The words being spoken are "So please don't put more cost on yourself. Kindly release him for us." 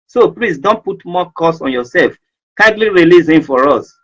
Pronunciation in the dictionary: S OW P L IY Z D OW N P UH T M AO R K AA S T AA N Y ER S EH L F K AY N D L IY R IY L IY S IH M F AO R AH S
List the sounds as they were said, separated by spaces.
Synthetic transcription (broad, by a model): S OW P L IY S D OW N P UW T M AO K AA S AA N Y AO S EH L F K AY N D L IY R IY L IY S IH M F AO R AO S